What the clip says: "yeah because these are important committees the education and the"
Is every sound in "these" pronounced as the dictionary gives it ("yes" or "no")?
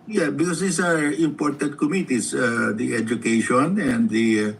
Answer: no